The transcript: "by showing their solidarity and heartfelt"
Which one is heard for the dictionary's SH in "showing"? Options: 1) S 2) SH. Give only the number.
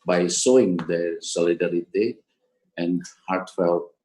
1